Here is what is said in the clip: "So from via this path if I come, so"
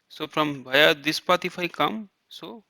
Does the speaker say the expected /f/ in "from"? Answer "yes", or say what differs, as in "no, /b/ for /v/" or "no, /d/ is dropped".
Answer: no, /p/ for /f/